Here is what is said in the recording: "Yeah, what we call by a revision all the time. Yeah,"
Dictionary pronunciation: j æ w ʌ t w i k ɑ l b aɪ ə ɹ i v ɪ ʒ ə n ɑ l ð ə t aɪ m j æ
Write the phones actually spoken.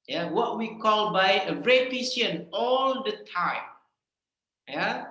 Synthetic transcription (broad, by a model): j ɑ w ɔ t w i k ɑ l b aɪ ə ɹ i p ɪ s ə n ɑ l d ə t aɪ m j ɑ